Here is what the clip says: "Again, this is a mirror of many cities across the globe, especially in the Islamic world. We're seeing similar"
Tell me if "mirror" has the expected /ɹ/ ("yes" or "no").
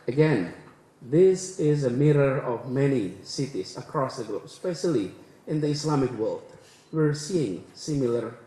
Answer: yes